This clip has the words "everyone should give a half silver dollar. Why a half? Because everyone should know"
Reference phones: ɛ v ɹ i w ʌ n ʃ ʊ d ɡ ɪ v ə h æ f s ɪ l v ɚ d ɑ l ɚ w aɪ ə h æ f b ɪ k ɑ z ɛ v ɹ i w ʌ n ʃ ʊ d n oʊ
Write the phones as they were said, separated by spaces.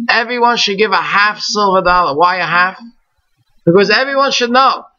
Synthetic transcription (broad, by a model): ɛ v ɹ i w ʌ n ʃ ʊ d ɡ ɪ v ə h æ f s ɪ l v ɚ d ɑ l ɚ w aɪ ə h æ f b ɪ k ɑ z ɛ v ɹ i w ʌ n ʃ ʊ d n oʊ